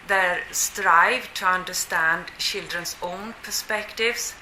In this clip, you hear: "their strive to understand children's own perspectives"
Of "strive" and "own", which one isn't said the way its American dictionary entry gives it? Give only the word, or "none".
none